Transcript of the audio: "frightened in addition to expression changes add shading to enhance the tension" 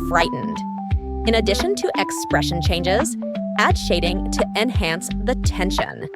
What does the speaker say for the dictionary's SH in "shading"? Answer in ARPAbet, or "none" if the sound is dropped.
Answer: SH